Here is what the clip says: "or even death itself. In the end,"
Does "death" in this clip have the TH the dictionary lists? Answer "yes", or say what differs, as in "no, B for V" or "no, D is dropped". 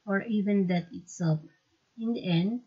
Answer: no, T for TH